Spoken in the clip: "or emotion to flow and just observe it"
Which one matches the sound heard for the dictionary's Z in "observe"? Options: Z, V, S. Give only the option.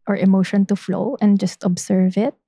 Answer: S